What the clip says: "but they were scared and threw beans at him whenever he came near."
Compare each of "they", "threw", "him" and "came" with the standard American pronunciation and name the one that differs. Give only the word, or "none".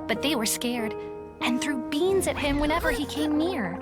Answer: none